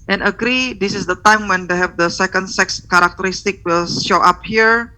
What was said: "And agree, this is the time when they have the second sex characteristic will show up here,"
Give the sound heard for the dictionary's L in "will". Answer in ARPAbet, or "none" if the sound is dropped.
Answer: L